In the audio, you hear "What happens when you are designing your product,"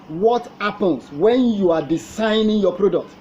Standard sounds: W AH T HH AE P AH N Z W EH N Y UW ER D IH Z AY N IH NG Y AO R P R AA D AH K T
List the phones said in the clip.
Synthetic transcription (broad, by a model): W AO T HH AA P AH N S W EH N Y UW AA D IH S AY N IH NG Y AO P R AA D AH K T